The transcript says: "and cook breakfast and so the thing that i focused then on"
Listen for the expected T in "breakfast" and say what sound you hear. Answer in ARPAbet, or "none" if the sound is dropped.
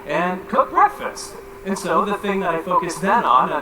T